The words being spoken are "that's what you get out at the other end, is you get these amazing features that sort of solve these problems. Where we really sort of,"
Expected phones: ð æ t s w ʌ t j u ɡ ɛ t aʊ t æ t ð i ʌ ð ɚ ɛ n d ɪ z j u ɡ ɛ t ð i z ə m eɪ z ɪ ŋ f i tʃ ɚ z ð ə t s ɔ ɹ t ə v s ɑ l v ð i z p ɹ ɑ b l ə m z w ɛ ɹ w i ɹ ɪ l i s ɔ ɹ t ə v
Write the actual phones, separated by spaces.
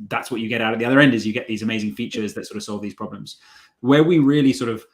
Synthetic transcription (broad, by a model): ð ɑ t s w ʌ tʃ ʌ ɡ ɛ t aʊ t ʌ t ð i ʌ ð ɚ ɛ n d ɪ z j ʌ ɡ ɛ t ð i z ə m eɪ z ɪ ŋ f i tʃ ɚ z ð ə t s ɔ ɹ t ə v s ɑ l v ð i z p ɹ ɑ b l ə m z w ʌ w i ɹ ɪ l i s ɔ ɹ t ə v